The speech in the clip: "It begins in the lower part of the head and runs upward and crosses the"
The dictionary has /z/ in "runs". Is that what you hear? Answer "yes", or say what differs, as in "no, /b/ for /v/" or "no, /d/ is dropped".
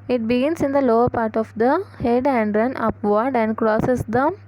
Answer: no, /z/ is dropped